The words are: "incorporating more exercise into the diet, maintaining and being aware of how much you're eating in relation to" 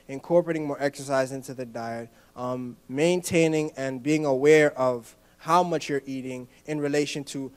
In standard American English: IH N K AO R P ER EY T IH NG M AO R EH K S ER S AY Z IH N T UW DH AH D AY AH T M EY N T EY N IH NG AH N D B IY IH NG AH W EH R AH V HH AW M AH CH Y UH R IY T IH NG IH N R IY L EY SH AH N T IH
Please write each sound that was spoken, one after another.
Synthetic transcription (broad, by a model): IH N K AO R P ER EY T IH NG M AO R EH K S ER S AY Z IH N T UW DH AH D AY AH T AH EY N T EY N IH NG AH N B IY IH NG AH W EH R AH V HH AW M AH CH Y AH R IY T IH NG IH N R IY L EY SH AH N T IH